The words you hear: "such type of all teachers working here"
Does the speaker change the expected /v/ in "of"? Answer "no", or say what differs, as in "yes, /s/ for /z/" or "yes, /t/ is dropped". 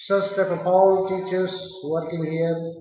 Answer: yes, /p/ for /v/